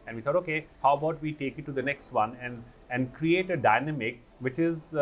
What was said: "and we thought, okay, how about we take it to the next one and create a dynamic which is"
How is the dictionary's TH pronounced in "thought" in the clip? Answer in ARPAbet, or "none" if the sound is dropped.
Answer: T